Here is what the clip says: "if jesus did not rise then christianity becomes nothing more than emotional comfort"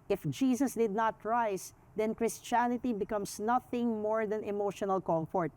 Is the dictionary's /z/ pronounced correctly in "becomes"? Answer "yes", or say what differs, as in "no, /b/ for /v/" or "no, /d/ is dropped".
no, /s/ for /z/